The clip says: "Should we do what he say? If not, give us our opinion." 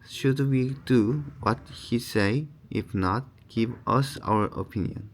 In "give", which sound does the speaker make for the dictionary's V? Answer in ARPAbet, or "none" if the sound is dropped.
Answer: V